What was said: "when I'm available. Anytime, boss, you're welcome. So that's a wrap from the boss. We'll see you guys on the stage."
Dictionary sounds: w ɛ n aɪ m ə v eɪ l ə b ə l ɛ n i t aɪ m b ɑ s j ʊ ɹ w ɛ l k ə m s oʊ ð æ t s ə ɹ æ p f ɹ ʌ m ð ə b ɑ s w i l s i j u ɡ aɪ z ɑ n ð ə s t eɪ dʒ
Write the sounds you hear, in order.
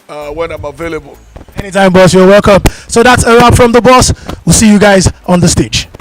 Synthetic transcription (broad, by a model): w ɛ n aɪ m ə v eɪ l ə b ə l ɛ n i t aɪ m b ɑ s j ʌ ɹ w ɛ l k ə m s oʊ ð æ t s ə ɹ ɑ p f ɹ ʌ m ð ə b ɑ s w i l s i j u ɡ aɪ z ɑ n ð ə s t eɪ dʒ